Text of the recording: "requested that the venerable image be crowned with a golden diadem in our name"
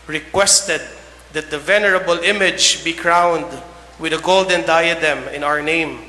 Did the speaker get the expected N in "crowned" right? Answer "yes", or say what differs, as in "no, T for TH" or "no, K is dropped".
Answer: yes